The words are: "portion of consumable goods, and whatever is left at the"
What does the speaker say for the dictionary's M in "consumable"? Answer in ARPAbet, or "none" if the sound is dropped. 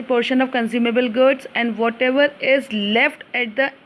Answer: M